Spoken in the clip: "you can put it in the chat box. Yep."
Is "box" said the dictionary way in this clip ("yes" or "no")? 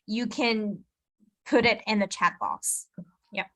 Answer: no